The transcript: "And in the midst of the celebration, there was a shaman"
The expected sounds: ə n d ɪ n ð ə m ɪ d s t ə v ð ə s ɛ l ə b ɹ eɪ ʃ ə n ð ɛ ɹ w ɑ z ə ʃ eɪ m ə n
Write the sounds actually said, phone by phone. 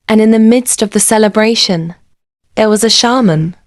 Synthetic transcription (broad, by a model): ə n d ɪ n ð ə m ɪ d s t ə v ð ə s ɛ l ə b ɹ eɪ ʃ ə n ð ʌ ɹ w ɑ z ə ʃ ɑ m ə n